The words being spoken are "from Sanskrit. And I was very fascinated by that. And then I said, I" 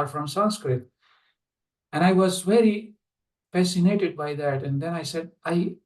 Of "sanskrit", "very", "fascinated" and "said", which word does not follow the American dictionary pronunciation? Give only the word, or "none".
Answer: none